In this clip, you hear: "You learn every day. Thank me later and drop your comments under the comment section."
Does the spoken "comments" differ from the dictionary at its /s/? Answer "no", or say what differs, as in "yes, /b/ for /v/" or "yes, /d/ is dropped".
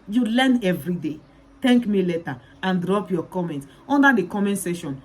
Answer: yes, /s/ is dropped